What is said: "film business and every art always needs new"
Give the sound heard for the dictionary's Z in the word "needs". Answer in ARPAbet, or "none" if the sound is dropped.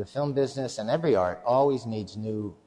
Z